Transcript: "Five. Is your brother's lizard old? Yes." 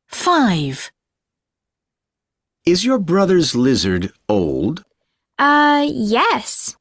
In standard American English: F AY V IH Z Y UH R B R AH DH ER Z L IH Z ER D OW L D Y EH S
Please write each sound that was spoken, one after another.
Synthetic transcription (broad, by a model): F AY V IH Z Y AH R B R AH DH ER Z L IH Z ER D OW L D Y EH S